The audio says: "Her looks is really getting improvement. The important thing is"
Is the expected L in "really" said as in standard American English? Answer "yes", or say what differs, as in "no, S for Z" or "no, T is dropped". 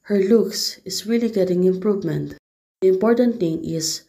yes